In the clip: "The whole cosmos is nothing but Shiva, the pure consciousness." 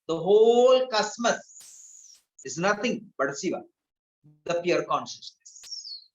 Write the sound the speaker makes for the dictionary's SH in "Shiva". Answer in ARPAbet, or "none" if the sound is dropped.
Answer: S